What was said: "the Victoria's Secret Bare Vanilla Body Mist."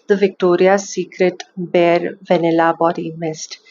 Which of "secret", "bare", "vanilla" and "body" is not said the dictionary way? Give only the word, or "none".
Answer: none